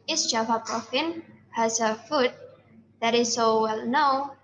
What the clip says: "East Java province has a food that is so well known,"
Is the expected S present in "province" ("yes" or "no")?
no